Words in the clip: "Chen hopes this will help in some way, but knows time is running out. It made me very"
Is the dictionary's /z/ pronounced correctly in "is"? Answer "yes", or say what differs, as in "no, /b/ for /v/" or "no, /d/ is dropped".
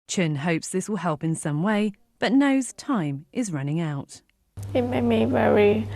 yes